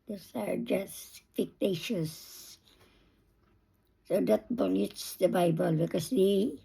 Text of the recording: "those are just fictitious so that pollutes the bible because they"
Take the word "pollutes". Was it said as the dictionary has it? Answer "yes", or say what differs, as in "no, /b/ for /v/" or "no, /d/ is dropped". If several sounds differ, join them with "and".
no, /b/ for /p/